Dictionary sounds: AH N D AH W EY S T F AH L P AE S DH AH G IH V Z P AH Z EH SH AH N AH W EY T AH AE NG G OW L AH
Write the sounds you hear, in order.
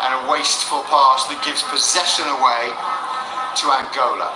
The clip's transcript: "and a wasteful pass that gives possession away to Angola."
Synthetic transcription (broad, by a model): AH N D AH W EY S T F AH L P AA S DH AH G IH V Z P AH Z EH SH AH N AH W EY T AH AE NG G OW L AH